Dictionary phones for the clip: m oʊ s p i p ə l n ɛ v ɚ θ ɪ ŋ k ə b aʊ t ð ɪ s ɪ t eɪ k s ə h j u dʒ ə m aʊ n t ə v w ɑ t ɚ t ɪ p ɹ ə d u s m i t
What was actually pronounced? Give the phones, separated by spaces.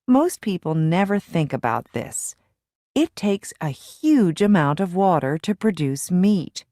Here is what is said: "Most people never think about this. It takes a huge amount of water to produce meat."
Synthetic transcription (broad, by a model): m oʊ s p i p l n ɛ v ɚ θ ɪ ŋ k ə b aʊ t ð ɪ s ɪ t eɪ k s ə h j u dʒ ə m aʊ n t ə v w ɑ t ɚ t ɪ p ɹ ə d u s m i t